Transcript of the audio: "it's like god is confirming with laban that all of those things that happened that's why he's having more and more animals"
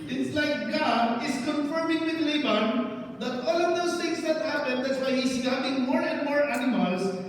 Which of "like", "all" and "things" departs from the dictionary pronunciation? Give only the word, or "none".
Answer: things